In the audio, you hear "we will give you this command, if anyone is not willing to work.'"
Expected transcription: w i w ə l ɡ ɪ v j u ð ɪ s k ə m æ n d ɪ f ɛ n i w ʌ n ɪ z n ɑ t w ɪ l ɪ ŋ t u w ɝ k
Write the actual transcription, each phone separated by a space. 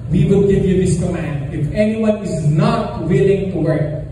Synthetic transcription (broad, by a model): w i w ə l ɡ ɪ v j u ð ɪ s k ə m æ n d ɪ f ɛ n i w ʌ n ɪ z n ɑ t w ɪ l ɪ ŋ t u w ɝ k